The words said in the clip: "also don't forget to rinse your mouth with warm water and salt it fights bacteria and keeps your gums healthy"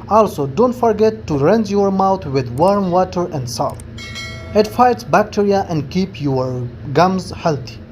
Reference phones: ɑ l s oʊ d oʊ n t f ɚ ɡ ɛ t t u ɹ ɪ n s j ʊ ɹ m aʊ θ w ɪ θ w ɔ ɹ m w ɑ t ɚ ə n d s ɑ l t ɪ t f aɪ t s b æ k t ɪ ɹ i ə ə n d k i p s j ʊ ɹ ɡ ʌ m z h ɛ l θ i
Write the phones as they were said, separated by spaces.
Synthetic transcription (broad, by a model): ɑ l s oʊ d oʊ n t f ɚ ɡ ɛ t t u ɹ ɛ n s j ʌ ɹ m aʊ t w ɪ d w ɔ ɹ m w ɑ t ɚ ə n d s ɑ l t ɪ t f aɪ t s b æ k t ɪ ɹ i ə ə n d k i p j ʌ ɹ ɡ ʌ m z h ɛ l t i